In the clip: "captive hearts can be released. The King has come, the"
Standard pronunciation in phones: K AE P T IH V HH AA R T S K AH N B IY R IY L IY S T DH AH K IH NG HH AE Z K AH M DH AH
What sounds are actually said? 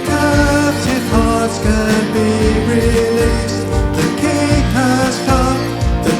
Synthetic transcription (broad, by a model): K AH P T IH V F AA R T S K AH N B IY R IY L IY S T DH AH K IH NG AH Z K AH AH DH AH